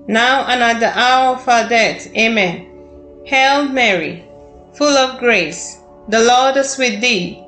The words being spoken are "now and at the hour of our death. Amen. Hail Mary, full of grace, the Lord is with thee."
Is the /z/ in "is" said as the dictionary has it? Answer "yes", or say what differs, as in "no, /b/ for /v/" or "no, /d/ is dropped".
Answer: no, /s/ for /z/